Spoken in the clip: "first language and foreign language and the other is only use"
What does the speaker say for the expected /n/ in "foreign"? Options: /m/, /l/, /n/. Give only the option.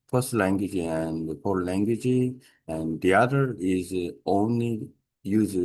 /l/